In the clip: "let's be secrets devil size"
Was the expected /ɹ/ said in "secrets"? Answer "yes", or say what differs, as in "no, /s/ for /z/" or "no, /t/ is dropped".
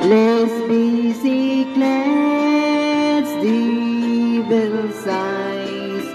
no, /l/ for /ɹ/